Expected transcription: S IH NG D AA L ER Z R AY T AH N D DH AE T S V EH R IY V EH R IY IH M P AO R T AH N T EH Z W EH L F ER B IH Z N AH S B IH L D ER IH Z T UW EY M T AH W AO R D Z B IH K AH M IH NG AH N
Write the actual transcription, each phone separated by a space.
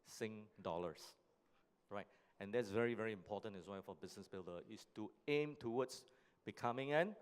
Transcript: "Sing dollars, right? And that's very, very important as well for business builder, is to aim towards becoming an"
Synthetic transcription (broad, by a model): S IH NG D AA L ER S R AY T AH N D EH T S V EH R IY V EH R IY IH M P AO T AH N EH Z W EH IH F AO B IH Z N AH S B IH L D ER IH S T UW EY M T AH W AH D S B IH K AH M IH NG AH N